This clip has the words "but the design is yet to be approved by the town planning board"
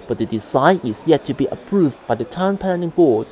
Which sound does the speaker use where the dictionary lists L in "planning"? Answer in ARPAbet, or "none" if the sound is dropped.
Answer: N